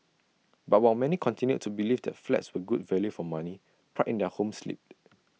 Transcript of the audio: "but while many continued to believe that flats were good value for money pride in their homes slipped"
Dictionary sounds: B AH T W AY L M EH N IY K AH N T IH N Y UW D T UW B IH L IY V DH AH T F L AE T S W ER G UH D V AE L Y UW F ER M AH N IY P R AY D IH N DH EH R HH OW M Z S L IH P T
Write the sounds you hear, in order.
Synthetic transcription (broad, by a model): B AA T W AY L M EH N IY K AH N T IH N Y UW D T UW B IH L IY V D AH T F L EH T S W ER G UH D V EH L Y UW F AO M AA N IY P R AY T IH N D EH HH OW M S L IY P